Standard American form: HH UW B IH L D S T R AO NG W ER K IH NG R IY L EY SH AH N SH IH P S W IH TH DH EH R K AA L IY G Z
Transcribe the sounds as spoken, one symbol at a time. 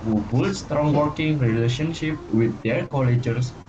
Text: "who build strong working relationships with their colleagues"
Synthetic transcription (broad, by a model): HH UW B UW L S T R AO NG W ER K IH NG R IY L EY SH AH N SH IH P W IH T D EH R K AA L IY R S